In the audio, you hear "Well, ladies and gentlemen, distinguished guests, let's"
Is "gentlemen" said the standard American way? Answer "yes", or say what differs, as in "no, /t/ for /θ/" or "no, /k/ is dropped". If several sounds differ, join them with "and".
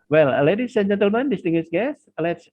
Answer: yes